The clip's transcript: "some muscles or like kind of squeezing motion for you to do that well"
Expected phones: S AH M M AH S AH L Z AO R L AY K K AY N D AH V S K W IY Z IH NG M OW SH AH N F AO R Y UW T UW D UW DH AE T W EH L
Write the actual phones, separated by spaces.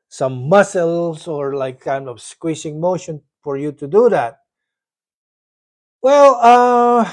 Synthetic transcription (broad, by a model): S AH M M AH S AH L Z AO R L AY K K AY N D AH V S K W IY S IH NG M OW SH AH N F AO R Y UW T UW D UW DH AE T W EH L